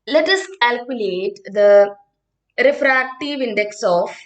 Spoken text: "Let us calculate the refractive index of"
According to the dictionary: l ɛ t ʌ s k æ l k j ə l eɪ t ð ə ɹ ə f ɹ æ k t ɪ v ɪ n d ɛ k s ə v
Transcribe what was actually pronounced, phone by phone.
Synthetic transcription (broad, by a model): l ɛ t ʌ s k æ l k j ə l eɪ t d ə ɹ ə f ɹ æ k t ɪ v ɪ n d ɛ k s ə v